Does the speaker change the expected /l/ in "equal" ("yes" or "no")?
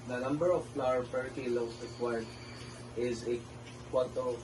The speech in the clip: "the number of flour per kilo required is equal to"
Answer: yes